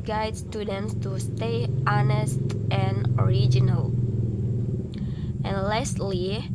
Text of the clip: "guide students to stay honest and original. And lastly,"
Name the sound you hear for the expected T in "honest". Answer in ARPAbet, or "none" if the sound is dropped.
T